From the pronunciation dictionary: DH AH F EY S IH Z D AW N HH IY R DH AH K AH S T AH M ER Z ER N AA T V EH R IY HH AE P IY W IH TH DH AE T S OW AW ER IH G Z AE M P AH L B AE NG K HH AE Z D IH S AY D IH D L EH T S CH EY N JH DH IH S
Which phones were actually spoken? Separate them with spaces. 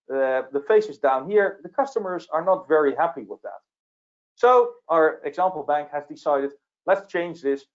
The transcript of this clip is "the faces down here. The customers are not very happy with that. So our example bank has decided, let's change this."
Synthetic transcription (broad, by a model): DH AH F EY S IH Z D AW N HH IY R DH AH K AH S T AH M ER Z ER N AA T V EH R IY HH AE P IY W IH DH AE T S OW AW ER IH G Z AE M P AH L B AE NG K HH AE Z D IH S AY D IH D L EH T S CH EY N JH DH IH S